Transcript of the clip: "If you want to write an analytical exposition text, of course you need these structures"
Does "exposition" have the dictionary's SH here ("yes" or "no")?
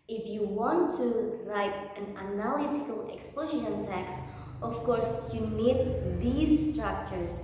no